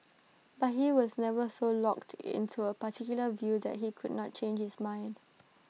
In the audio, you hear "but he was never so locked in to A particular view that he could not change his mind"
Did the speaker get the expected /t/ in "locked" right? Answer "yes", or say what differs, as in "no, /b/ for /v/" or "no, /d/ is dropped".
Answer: yes